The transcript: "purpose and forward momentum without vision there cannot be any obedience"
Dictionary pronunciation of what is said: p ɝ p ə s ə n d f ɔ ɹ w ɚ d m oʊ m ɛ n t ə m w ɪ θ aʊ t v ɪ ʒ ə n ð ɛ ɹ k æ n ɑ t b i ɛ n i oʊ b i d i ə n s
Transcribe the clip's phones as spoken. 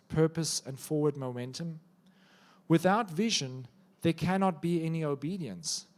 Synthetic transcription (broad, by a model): p ɝ p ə s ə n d f ɔ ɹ w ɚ d m oʊ m ɛ n t ə m w ɪ θ aʊ t v ɪ ʒ ə n ð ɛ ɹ k æ n ɑ t b i ɛ n i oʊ b i d i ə n s